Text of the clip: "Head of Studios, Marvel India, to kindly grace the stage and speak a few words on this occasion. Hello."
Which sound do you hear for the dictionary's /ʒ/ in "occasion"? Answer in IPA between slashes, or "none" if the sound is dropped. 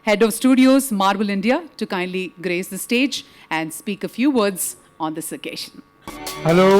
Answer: /ʃ/